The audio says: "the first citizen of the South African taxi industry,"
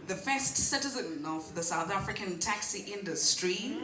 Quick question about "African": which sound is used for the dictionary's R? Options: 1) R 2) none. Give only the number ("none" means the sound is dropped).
1